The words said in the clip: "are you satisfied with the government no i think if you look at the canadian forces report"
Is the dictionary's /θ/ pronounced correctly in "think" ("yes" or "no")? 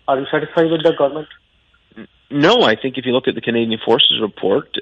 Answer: yes